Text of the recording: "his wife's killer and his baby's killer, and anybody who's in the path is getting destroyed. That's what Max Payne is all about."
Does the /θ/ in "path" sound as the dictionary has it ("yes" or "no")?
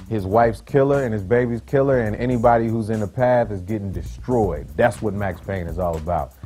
yes